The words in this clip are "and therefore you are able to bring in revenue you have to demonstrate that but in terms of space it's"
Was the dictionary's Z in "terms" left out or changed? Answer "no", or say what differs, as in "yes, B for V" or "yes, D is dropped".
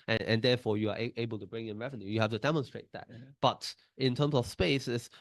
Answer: yes, S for Z